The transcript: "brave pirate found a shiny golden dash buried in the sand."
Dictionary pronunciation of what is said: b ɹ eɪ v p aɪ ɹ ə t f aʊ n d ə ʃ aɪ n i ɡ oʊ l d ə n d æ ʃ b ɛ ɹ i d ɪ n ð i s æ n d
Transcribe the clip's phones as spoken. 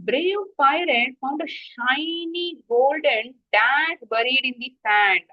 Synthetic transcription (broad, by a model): b ɹ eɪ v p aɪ ɹ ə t f aʊ n d ə ʃ aɪ n i ɡ oʊ l d ə n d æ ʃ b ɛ ɹ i d ɪ n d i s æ n d